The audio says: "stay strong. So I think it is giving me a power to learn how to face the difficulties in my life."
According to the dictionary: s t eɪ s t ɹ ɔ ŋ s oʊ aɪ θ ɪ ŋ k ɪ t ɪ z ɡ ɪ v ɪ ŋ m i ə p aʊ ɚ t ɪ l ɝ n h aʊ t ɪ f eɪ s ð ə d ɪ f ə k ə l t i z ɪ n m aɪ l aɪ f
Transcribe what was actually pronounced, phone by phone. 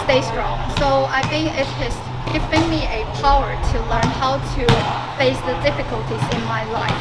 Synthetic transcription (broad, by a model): s t eɪ s t ɹ ɔ ŋ s oʊ aɪ θ ɪ ŋ k ɪ t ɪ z ɡ ɪ v ɪ ŋ m i ə p aʊ ɚ t ɪ l ɝ n h aʊ t ɪ f eɪ s ð ə d ɪ f ə k ə l t i z ɪ n m aɪ l aɪ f